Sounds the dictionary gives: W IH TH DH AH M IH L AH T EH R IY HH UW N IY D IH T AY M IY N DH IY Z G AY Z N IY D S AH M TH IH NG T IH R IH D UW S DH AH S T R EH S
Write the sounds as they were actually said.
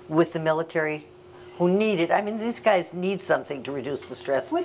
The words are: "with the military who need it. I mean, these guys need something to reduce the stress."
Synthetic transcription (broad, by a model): W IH DH AH M IH L AH T EH R IY HH UW N IY D IH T AY M IY N DH IY Z G AY Z N IY D S AH M TH IH NG T IH R IH D UW S DH AH S T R EH S